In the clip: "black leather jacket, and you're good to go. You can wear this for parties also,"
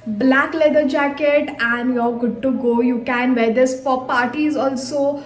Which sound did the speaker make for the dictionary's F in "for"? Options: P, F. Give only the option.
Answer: P